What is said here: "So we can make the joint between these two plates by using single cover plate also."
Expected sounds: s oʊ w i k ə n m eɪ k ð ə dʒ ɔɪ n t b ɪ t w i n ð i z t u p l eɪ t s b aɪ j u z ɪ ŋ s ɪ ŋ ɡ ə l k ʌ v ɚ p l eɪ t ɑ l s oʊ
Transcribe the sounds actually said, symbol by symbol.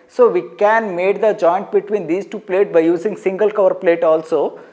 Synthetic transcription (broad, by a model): s oʊ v i k ə n m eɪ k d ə dʒ ɔɪ n t b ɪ t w i n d i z t u p l eɪ t b aɪ j u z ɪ ŋ s ɪ ŋ ɡ ə l k ʌ v ɚ p l eɪ t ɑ l s oʊ